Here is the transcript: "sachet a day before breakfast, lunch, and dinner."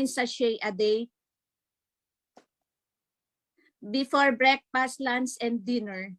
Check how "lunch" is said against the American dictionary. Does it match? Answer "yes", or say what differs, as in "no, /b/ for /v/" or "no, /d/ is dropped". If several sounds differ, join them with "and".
no, /s/ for /tʃ/